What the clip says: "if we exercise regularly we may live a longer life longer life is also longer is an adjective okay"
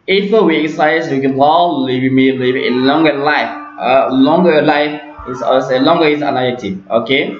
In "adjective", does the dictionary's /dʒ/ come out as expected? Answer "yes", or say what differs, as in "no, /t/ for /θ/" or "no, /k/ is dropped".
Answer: no, /dʒ/ is dropped